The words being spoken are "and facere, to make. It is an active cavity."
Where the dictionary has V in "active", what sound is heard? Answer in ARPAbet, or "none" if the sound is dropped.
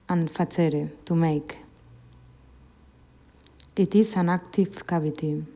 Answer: F